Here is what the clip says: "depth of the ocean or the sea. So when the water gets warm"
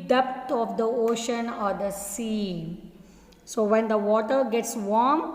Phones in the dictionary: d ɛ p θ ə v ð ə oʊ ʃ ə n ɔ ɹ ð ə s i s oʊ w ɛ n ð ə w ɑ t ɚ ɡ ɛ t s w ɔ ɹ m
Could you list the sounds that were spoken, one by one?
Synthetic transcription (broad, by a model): d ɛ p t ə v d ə oʊ ʃ ə n ɔ ɹ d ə s i s oʊ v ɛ n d ə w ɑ t ɚ ɡ ɛ t s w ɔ ɹ m